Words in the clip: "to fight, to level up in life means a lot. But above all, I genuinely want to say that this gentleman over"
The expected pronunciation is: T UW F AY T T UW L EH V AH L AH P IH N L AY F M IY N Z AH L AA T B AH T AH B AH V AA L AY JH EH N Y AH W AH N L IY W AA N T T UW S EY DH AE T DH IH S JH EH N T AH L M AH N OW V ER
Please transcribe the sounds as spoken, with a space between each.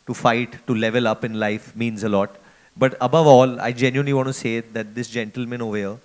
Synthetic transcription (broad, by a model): T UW F AY T T UW L EH V AH L AH P IH N L AY F M IY N Z AH L AA T B AH T AH B AH V AA L AY JH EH N Y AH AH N L IY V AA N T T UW S EY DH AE T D IH S JH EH N T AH L M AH N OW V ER